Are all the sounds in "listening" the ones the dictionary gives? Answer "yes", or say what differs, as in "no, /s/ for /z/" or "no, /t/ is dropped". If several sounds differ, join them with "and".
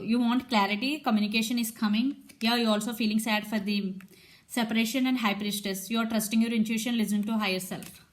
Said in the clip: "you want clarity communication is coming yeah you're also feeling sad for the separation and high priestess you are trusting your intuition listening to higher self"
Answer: no, /n/ is dropped